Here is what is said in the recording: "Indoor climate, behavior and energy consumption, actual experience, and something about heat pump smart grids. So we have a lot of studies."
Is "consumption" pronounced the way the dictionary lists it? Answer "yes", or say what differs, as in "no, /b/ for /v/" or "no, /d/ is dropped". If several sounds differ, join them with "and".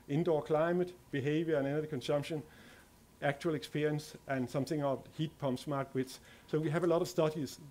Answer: yes